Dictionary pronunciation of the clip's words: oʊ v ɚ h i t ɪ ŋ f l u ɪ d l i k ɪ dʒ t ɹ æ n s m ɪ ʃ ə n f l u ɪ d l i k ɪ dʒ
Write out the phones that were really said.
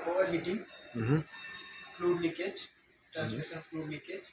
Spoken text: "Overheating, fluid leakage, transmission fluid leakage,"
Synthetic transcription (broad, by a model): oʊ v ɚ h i t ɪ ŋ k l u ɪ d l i k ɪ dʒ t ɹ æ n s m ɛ s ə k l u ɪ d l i k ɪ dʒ